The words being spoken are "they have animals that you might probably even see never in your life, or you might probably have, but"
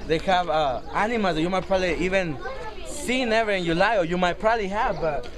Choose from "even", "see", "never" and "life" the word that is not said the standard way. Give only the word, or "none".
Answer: life